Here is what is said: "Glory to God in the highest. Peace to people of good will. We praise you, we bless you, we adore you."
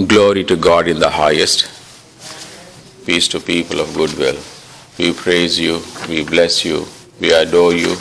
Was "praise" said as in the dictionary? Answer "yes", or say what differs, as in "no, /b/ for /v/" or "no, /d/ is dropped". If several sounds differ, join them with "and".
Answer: yes